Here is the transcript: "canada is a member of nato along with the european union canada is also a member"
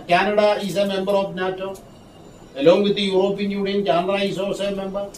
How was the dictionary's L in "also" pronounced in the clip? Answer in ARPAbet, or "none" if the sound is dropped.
none